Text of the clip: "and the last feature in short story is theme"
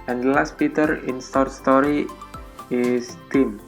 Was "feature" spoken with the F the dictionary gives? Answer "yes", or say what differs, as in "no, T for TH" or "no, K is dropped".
no, P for F